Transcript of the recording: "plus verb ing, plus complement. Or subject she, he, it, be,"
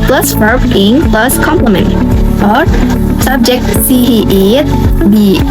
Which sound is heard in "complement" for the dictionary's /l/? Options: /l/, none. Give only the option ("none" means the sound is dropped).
/l/